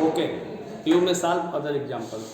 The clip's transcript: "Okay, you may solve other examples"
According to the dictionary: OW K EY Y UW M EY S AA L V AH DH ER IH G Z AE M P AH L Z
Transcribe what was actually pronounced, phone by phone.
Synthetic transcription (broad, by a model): OW K EY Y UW M EY S AA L AH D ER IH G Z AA M P AH L